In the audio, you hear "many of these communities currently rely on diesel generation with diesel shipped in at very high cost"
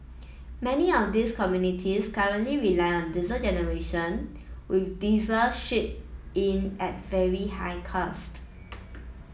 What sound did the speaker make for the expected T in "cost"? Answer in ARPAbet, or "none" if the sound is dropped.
T